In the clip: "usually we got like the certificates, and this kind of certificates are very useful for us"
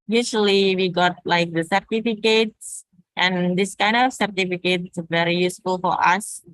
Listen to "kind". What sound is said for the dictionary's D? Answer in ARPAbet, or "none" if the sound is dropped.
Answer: D